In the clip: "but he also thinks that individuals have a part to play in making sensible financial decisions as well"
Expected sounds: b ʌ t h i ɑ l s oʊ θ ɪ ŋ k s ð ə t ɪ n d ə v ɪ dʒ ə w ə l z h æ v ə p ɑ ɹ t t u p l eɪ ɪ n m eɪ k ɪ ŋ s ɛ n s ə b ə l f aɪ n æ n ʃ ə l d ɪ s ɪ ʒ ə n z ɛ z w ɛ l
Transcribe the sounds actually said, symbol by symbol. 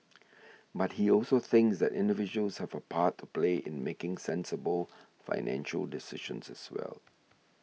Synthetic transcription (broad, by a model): b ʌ t h i ɑ l s oʊ θ ɪ ŋ k s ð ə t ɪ n d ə v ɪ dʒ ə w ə l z h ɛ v ə p ɑ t t u p l eɪ ɪ n m eɪ k ɪ ŋ s ɛ n s ə b ə l f aɪ n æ n ʃ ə l d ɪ s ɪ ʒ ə n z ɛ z w ɛ l